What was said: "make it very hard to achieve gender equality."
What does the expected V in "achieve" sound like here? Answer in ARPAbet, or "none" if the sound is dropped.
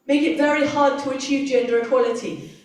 V